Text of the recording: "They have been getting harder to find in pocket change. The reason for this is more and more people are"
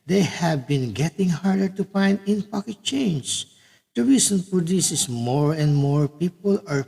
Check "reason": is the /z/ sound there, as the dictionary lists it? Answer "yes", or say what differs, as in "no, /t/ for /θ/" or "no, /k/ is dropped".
no, /s/ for /z/